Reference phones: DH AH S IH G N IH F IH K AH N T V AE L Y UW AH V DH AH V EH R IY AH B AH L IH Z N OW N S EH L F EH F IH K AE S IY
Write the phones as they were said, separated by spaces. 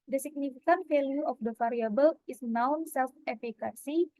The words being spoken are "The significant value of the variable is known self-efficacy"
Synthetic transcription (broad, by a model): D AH S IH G N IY F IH K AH N T F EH L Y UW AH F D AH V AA R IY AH B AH L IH S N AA N S EH L F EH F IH K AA S IY